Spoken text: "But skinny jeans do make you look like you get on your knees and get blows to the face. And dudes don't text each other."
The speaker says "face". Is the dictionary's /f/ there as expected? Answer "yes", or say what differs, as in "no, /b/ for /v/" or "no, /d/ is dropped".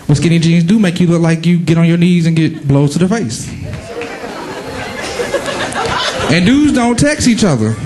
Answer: yes